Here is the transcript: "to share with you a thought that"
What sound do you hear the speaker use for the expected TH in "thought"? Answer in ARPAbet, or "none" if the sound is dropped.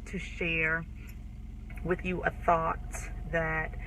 TH